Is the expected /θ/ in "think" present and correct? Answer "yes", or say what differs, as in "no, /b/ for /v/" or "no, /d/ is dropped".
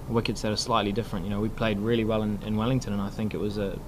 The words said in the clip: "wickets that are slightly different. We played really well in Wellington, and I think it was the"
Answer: yes